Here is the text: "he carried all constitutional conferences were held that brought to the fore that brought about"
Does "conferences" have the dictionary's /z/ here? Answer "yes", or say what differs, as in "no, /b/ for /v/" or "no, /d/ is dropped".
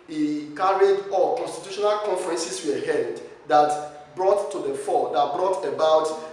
no, /s/ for /z/